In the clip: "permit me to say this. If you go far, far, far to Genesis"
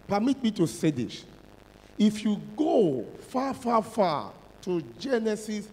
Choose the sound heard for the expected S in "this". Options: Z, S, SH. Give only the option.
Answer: SH